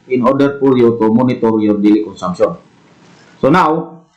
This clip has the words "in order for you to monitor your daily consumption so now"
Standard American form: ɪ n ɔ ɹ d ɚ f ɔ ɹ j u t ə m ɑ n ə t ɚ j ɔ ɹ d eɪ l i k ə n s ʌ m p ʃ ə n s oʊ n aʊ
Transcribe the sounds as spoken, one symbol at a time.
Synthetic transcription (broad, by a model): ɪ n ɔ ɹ d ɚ p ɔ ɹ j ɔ t ə m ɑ n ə t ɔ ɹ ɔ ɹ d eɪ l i k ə n s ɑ m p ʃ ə n s oʊ n aʊ